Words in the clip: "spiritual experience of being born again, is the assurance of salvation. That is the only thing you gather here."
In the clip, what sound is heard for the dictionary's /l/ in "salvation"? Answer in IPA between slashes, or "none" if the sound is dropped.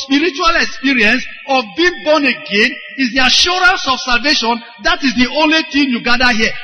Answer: /l/